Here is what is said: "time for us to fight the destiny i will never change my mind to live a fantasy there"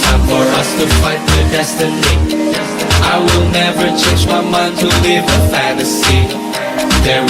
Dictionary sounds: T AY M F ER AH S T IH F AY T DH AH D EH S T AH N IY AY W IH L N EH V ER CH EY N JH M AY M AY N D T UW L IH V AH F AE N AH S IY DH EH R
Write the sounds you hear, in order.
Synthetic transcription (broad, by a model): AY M F ER AH S T IH F AY T DH AH D EH S T AH N IY AY W IH L N EH V ER CH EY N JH M AY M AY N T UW L IH V AH F AE N AH S IY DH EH R